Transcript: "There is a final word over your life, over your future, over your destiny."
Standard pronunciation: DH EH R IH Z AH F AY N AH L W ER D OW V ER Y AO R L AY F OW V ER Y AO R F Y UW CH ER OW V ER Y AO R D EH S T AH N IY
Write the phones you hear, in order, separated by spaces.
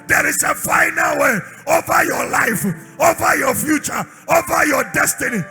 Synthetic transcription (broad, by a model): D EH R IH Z AH F AY N AH L W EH OW V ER Y AO L AY F OW V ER Y AO F Y UW CH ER OW V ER Y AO D EH S T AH N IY